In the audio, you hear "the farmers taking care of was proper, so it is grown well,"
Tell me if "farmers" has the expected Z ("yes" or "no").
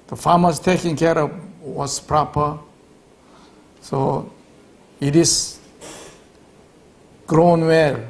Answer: no